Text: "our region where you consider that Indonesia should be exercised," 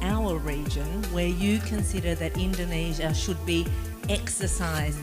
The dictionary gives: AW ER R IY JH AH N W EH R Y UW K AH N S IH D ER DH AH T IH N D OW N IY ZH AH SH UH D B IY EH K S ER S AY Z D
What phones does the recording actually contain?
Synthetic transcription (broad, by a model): AW ER R IY JH AH N W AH R Y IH K AH N S IH D ER DH AH T IH N D OW N IY ZH AH SH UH D B IY EH K S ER S AY Z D